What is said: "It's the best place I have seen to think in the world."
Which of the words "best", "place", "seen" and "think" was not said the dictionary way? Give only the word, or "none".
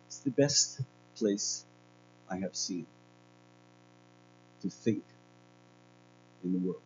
none